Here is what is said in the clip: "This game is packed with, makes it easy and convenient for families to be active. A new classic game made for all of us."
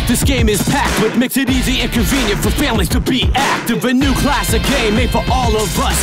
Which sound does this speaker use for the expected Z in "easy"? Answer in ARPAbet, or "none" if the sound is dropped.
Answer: Z